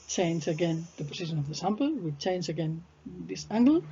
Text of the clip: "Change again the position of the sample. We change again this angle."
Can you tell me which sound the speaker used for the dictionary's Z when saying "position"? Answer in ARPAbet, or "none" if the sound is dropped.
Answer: S